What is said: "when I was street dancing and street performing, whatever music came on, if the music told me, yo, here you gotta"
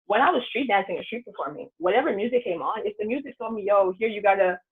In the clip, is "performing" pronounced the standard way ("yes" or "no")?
no